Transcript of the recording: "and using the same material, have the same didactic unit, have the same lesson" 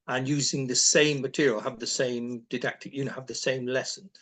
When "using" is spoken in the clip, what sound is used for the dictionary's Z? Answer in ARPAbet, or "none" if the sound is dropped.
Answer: Z